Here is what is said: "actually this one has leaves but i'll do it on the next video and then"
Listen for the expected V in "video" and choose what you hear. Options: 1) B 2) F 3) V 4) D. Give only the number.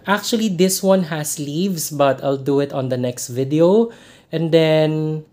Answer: 3